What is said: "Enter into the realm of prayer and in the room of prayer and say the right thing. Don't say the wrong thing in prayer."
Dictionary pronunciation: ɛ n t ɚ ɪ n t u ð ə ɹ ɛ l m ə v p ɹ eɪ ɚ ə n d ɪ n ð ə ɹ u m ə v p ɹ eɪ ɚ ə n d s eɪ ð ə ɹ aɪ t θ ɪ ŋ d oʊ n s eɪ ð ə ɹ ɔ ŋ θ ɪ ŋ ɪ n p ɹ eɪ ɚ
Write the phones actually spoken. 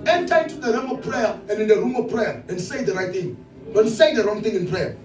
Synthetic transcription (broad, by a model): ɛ n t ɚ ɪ t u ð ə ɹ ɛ m ə v p ɹ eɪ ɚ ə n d ɪ n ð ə ɹ u m ə v p ɹ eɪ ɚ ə n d s eɪ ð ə ɹ aɪ t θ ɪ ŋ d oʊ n s eɪ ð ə ɹ ɔ ŋ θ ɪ ŋ ɪ n p ɹ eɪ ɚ